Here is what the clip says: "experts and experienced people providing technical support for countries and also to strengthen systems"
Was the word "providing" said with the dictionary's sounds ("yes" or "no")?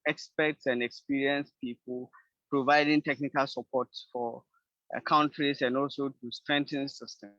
yes